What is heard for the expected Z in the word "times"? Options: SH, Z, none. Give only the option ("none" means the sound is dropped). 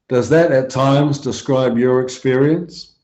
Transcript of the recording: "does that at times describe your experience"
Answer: Z